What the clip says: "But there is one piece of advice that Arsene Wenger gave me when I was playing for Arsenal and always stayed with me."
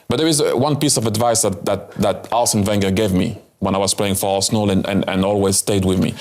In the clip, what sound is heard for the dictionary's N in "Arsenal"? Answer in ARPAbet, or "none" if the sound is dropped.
L